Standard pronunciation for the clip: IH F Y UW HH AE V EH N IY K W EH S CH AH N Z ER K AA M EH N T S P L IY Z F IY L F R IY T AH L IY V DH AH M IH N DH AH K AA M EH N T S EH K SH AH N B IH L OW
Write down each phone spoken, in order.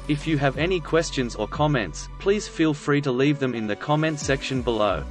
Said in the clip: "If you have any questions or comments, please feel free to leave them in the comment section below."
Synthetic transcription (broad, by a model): IH F Y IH V EH N IY K W EH S CH AH N Z ER K AA M EH N T S P L IY Z F IY L F R IY T AH L IY V DH AH M IH N DH AH K AA M EH N T S EH K SH AH N B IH L OW